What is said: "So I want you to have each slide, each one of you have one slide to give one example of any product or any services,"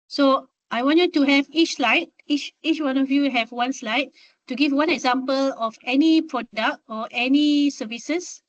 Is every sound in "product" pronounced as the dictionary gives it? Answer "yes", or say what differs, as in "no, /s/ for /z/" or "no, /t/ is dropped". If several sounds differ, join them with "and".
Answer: yes